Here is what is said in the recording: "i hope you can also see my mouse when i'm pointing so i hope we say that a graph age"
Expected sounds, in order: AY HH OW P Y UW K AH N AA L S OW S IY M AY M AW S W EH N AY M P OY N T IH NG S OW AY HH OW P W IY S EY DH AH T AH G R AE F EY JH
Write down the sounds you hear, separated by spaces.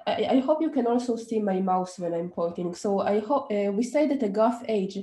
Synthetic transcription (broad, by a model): AY HH OW P Y UW K AH N AA L S OW S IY M AY M AW S W EH N AY M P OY T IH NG S OW AY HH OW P W IY S EY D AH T AH G AA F EY JH